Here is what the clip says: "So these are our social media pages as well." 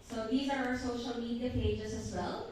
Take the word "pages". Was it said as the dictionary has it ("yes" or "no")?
yes